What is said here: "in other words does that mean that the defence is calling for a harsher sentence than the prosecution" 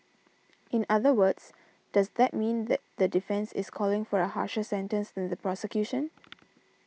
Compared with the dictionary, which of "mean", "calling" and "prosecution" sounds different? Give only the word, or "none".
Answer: none